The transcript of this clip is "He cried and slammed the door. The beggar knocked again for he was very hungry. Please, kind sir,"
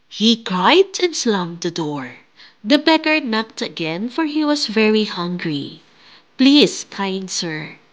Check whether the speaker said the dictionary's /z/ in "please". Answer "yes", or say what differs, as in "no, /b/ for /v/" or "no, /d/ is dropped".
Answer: no, /s/ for /z/